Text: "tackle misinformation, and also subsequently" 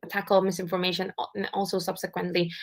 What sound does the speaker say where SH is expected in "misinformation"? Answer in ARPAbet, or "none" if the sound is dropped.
none